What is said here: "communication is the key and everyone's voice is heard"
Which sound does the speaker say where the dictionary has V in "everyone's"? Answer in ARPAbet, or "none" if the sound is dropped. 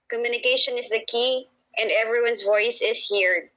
V